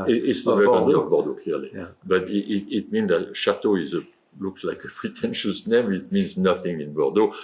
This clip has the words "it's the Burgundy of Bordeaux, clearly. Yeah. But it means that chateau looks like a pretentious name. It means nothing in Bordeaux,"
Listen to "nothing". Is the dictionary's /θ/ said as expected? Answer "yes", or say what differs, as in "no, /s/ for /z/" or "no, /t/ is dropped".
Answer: yes